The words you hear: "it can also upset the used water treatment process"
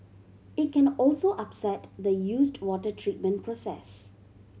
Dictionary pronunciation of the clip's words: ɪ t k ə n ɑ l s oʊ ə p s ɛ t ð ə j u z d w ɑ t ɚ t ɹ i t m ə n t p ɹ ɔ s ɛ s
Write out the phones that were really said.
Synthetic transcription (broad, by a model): ɪ t k ə n ɑ l s oʊ ə p s ɛ t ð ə j u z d w ɑ t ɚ t ɹ i t m ə n t p ɹ ɔ s ɛ s